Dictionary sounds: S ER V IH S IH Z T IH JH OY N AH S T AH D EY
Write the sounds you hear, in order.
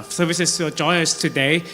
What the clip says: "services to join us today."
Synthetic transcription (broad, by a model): S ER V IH S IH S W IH JH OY AH S T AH D EY